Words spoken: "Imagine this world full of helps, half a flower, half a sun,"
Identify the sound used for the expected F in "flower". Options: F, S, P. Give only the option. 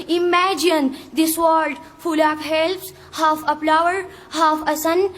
P